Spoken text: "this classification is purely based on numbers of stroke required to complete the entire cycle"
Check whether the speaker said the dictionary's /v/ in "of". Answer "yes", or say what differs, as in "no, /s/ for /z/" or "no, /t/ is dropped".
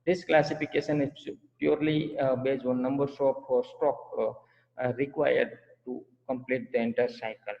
no, /p/ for /v/